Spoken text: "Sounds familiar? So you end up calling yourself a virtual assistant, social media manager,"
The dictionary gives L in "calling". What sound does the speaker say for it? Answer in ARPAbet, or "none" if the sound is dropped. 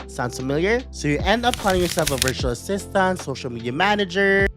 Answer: none